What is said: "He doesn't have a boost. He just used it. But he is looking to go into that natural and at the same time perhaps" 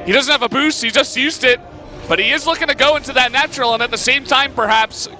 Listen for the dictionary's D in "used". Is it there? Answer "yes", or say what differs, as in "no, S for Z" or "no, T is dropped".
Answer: yes